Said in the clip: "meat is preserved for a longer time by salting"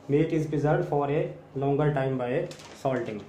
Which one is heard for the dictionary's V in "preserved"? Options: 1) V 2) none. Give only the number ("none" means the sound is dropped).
2